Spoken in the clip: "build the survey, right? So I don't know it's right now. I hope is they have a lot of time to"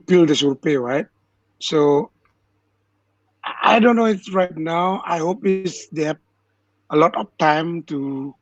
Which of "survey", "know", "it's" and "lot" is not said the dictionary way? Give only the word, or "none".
survey